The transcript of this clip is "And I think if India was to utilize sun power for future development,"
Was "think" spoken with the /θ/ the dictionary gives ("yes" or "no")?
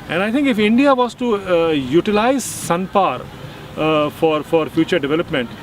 no